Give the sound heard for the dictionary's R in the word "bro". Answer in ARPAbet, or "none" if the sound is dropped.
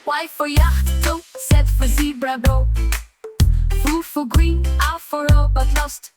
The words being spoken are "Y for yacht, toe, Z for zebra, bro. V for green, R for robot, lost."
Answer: none